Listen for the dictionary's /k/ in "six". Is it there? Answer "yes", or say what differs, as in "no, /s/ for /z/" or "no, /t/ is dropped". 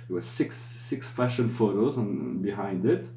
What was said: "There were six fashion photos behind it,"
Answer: yes